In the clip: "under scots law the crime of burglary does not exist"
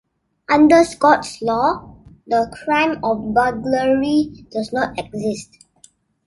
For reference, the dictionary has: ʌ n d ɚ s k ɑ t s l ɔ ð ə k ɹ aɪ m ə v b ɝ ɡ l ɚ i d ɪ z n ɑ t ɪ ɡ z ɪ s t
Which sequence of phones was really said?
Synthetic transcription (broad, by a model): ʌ n d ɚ s k ɑ t s l ɔ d ə k ɹ aɪ m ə f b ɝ ɡ l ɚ i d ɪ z n ɑ t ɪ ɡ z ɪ s t